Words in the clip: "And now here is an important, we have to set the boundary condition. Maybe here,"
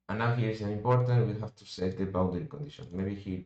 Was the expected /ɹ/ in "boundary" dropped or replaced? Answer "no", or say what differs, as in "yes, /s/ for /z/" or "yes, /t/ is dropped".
yes, /ɹ/ is dropped